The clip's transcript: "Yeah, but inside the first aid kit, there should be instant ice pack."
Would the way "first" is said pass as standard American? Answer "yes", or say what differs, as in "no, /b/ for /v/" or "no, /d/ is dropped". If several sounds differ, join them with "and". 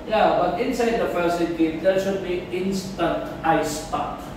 no, /t/ is dropped